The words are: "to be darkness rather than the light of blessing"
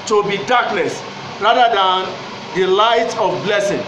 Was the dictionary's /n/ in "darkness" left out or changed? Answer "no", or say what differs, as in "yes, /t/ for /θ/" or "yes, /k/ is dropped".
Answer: yes, /l/ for /n/